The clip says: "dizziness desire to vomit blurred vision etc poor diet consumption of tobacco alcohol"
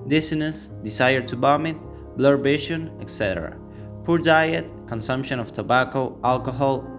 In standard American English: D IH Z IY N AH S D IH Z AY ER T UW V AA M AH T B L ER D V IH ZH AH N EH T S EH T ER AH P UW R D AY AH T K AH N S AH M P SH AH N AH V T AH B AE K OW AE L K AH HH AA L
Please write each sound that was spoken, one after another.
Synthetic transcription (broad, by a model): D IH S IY N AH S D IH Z AY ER T UW B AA M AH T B L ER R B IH SH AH N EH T S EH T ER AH P UW R D AY AH T K AH N S AH M P SH AH N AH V T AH B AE K OW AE L K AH HH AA L